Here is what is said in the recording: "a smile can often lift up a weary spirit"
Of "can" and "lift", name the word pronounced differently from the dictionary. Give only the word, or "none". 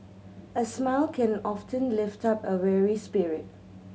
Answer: none